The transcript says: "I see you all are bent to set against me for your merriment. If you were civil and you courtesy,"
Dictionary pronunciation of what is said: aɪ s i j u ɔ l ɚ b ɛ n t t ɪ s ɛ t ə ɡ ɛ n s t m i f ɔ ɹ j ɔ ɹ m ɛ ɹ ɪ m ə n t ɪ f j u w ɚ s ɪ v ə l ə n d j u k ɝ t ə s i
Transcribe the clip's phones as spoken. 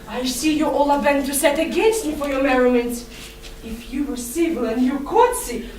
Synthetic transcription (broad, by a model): aɪ s i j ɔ ɔ l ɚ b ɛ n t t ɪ s ɛ t ə ɡ ɛ n s t m i f ɔ ɹ j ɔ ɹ m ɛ ɹ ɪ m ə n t ɪ f j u w ɚ s ɪ v ə l ə n d j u k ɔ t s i